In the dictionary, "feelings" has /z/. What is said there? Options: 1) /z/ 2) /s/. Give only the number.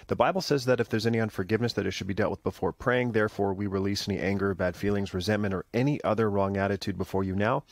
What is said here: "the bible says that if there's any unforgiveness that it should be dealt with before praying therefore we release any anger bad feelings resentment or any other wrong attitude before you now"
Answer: 1